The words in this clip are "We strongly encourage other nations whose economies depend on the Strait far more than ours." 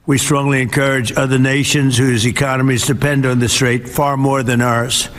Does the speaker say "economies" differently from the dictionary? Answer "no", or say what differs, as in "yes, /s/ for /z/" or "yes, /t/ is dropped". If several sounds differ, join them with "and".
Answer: no